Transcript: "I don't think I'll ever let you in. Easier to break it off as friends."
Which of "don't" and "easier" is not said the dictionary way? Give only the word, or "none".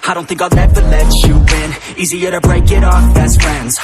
none